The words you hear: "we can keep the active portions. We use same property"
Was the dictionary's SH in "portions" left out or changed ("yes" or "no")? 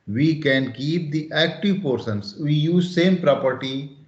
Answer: yes